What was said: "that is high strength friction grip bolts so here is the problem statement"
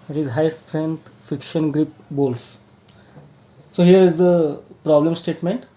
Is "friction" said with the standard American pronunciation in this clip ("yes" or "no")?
no